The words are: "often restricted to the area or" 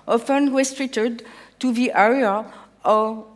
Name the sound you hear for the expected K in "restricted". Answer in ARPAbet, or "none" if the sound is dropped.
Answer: none